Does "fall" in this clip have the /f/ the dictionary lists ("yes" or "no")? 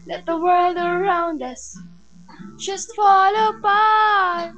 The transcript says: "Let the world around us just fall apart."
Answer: yes